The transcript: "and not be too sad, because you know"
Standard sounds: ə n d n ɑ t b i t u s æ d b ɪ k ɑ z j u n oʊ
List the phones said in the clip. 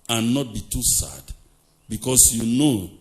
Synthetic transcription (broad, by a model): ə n n ɑ t b i t u s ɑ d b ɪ k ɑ s j u n oʊ